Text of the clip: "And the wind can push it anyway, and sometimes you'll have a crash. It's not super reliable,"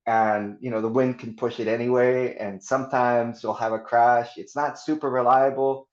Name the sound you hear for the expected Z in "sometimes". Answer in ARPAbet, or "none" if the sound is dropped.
Z